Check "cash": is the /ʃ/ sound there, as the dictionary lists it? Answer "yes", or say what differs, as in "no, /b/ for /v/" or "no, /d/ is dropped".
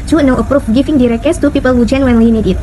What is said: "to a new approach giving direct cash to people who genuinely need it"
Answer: no, /s/ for /ʃ/